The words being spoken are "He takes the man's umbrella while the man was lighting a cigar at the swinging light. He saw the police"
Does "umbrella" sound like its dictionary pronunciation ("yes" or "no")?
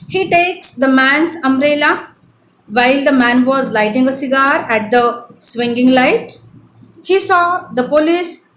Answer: no